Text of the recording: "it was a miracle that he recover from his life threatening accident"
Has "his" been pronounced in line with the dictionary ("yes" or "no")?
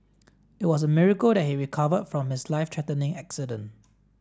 no